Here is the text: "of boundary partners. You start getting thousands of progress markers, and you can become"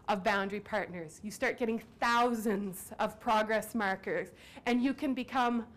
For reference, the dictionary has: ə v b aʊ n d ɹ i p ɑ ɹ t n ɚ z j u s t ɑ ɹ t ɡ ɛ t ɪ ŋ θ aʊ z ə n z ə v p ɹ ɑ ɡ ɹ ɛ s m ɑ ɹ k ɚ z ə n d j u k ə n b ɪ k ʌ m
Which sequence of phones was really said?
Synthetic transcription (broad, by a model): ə v b aʊ n d ɹ i p ɑ ɹ t n ɚ z j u s t ɑ ɹ t ɡ ɛ t ɪ ŋ θ aʊ z ə n z ə v p ɹ ɑ ɡ ɹ ɛ s m ɑ ɹ k ɚ z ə n j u k ə n b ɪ k ʌ m